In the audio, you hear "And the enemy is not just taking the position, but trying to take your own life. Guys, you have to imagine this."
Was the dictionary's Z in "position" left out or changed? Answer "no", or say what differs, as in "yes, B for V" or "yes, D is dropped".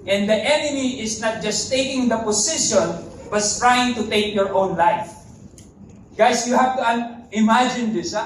yes, S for Z